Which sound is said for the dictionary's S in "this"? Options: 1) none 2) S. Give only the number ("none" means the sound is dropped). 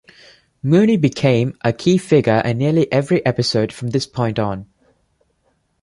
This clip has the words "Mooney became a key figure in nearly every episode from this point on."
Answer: 2